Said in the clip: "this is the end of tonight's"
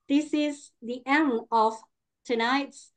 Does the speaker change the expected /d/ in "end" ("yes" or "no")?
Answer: yes